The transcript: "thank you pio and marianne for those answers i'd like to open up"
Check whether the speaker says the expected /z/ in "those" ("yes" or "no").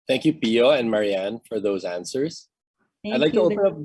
yes